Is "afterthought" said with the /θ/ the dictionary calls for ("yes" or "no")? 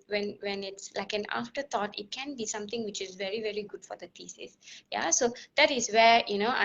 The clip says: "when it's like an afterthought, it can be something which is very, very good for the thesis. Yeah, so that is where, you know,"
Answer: no